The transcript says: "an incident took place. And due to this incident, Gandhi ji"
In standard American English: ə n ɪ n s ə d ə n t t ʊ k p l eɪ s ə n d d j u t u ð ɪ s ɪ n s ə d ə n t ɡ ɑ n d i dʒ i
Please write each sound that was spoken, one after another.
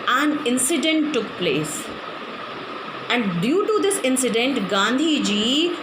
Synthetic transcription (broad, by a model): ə n ɪ n s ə d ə n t t ʊ k p l eɪ s ə n d d j u t u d ɪ s ɪ n s ə d ə n t ɡ ɑ n d i dʒ i